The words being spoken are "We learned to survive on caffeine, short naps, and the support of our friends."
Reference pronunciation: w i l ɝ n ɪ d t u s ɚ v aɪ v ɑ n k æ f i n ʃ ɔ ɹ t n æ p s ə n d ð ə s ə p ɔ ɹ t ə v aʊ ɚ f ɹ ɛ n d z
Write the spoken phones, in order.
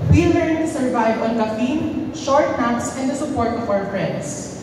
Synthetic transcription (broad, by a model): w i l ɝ ɪ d t u s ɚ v aɪ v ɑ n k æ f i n ʃ ɔ ɹ t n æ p s ə n d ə s ə p ɔ ɹ t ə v aʊ ɚ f ɹ ɛ n d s